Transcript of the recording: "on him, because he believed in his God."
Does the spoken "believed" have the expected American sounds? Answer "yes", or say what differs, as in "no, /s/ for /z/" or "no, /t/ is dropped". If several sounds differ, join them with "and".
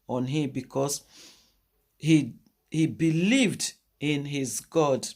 yes